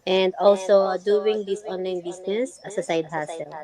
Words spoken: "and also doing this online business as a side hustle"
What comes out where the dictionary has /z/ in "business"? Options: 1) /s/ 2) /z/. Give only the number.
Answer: 1